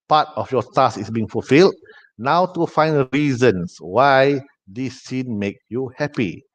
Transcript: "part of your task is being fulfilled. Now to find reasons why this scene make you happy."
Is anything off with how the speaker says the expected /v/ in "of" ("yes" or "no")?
yes